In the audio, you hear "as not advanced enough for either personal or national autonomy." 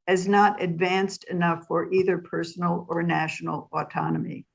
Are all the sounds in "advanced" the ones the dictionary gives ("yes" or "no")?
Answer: yes